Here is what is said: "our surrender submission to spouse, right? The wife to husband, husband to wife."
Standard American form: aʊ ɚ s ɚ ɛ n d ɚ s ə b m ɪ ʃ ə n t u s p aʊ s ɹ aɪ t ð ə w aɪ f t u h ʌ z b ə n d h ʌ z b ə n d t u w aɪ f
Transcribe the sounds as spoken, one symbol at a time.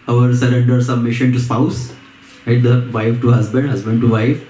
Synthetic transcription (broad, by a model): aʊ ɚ s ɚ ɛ n d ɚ s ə m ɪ ʃ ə n t u s p aʊ s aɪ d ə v aɪ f t u h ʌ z b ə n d h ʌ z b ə n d t u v aɪ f